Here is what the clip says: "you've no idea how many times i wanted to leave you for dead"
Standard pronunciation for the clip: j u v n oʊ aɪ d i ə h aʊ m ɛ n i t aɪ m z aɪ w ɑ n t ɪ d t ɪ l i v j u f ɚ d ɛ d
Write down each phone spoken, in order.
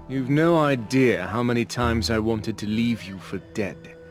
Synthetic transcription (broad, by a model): j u v n oʊ aɪ d i ə h aʊ m ɛ n i t aɪ m z aɪ w ɑ n t ɪ d t ɪ l i v j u f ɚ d ɛ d